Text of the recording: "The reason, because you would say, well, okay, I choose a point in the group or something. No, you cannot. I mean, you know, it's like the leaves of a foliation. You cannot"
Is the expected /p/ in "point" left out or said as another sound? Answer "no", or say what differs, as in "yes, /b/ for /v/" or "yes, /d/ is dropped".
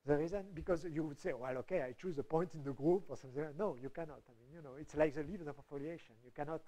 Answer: no